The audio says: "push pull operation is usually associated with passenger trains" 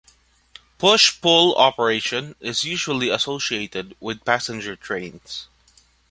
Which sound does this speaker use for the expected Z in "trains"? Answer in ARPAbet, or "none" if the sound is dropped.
S